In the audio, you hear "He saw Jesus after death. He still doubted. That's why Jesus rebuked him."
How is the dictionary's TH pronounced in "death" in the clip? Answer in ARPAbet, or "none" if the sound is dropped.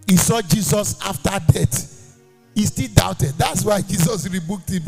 T